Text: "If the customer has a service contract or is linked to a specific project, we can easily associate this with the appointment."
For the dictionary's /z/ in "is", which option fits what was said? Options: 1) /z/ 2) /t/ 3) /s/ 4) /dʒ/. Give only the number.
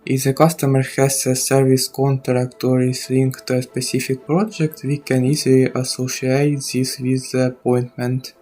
3